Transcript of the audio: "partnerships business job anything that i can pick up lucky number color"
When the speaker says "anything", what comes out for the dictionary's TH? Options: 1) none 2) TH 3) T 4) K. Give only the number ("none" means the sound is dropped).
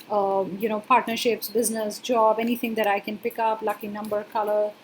3